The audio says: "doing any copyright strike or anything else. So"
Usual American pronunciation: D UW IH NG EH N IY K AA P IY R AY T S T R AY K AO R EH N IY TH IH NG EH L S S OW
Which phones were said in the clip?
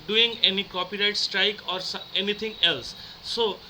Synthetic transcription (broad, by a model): D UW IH NG EH N IY K AA P IY R AY T S T R AY K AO R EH N IY T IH NG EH L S S OW